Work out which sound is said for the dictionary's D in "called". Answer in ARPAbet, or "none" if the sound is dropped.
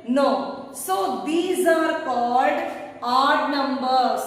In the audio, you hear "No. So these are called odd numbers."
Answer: D